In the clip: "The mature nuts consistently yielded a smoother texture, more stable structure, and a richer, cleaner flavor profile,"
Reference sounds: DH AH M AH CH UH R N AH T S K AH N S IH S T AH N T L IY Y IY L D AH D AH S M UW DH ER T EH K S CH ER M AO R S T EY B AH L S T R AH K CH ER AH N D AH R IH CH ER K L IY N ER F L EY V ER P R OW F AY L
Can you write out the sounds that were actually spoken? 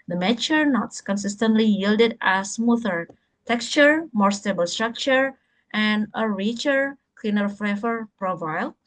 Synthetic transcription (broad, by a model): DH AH M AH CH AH R N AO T S K AH N S IH S T AH N T L IY Y IY L D AH D AH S M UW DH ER T EH K S CH ER M AO R S T EY B AH L S T R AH K CH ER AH N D AH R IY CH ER K L IY N ER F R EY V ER P R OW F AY L